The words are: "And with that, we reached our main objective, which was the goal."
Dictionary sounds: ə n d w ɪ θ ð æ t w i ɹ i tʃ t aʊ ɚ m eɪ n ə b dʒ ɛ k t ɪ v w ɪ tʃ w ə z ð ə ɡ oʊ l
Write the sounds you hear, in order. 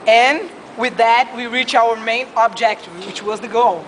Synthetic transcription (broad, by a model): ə n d w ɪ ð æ t w i ɹ i tʃ aʊ ɚ m eɪ n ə b dʒ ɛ k t w ɪ tʃ w ə z ð ə ɡ oʊ l